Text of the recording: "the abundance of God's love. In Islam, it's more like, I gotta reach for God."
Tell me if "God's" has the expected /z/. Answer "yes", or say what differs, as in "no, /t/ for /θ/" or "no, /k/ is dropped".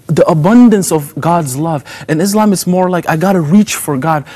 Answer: yes